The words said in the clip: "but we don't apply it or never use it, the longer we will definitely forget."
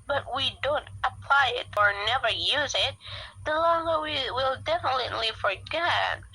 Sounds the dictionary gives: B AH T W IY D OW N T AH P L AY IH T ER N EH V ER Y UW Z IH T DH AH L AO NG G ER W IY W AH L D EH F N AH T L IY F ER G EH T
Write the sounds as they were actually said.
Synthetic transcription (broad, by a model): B AH T W IY D OW N T AH P L AY IH T ER N EH V ER Y UW Z IH T DH AH L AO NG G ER W IY W AH L D EH F N AH T L IY F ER G EH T